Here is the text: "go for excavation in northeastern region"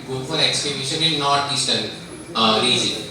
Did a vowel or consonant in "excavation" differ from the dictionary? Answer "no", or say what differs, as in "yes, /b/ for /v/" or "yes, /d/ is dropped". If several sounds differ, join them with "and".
yes, /b/ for /v/